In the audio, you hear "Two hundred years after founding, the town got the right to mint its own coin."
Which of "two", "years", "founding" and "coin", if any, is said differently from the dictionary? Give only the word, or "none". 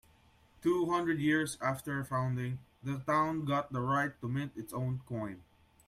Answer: years